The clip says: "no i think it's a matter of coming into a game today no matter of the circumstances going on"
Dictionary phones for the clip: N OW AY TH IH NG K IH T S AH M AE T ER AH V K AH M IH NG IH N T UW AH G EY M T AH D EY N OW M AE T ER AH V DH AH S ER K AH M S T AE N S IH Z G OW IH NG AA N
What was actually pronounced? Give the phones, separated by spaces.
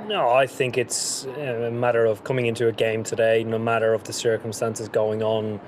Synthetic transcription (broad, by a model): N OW AY TH IH NG K IH T S AH M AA T ER AH V K AH M IH NG IH N T UW AH G EY M T AH D EY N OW M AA T ER AH V DH AH S ER K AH M S T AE N S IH Z G OW IH NG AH N